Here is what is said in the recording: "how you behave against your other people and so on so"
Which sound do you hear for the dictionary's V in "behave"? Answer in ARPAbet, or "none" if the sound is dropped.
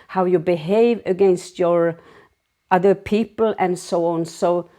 V